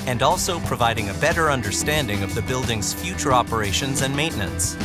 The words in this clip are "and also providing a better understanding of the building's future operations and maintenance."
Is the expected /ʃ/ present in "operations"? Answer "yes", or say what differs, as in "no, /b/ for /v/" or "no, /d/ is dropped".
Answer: yes